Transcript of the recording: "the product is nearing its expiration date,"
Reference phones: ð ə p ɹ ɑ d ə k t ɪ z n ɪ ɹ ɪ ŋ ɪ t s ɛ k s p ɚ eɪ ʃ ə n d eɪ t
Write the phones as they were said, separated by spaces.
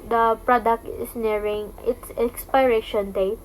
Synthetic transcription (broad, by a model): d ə p ɹ ɑ d ə k t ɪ s n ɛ ɹ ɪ ŋ ɪ t s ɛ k s p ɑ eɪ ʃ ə n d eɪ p